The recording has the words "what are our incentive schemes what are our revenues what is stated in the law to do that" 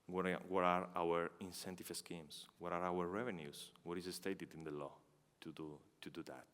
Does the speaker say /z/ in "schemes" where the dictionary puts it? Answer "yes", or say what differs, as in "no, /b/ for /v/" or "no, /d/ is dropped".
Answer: no, /s/ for /z/